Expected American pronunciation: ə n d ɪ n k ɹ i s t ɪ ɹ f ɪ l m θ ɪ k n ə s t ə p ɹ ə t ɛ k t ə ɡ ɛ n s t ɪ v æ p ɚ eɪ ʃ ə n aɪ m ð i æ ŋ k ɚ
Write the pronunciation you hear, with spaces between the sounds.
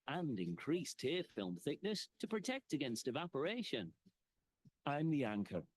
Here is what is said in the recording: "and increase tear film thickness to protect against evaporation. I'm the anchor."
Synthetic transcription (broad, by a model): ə n d ɪ n k ɹ i s t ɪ f ɪ l m θ ɪ k n ə s t ə p ɹ ə t ɛ k t ə ɡ ɛ n s t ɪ v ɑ p ɚ eɪ ʃ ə n aɪ m ð i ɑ ŋ k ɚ